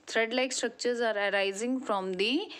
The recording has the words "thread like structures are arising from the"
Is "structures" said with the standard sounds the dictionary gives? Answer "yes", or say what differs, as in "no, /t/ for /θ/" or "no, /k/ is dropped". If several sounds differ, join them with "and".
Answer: yes